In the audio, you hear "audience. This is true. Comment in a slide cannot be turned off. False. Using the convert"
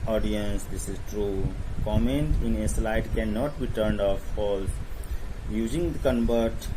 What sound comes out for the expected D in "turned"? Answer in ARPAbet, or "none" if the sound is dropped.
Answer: D